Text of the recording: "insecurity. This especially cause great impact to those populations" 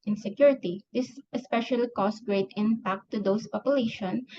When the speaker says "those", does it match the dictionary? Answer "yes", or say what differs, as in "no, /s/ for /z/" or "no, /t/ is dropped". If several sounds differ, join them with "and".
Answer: no, /s/ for /z/